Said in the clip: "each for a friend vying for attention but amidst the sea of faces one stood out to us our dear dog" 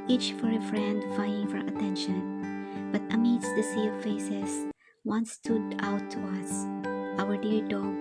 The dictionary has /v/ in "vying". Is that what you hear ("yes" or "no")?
no